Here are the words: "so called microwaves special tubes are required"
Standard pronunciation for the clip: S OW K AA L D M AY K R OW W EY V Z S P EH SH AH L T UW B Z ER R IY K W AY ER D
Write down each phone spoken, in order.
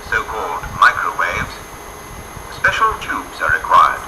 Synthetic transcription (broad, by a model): S OW K AA L D M AY K R OW W EY V Z S P EH SH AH L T UW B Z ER R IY K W AY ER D